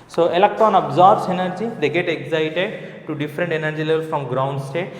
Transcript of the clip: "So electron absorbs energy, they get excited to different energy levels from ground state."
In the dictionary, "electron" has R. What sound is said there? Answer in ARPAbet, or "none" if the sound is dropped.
none